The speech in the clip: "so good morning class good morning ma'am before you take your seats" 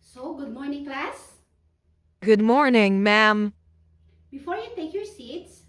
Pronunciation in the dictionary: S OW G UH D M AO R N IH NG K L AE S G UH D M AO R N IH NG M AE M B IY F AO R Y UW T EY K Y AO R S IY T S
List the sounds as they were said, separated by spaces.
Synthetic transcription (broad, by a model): S OW G UH D M AO R N IH NG K L AE S G UH D M AO R N IH NG M AE M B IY F AO R Y UW T EY K Y AO R S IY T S